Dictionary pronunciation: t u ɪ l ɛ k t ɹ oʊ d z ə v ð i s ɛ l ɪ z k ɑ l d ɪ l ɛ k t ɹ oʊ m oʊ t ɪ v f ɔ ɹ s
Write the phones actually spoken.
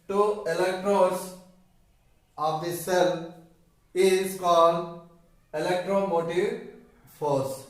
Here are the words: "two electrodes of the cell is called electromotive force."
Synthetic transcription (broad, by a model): t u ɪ l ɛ k t ɹ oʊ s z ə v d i s ɛ l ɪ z k ɑ l d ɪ l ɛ k t ɹ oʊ m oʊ t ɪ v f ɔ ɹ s